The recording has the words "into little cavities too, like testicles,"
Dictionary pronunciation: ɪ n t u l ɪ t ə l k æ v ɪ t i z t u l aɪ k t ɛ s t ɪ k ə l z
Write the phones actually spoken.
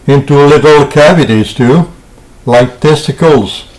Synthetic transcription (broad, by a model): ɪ n t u l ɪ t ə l k æ v ɪ t i z t u l aɪ k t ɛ s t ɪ k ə l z